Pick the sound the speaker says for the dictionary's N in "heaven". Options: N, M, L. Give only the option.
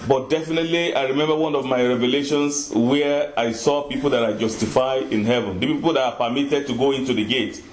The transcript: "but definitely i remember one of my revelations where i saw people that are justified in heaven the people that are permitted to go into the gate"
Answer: N